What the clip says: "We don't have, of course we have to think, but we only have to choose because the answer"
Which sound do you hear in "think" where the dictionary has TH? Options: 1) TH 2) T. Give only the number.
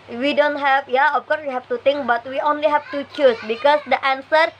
2